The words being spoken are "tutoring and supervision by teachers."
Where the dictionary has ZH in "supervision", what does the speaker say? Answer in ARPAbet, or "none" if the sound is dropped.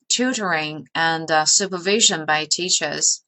ZH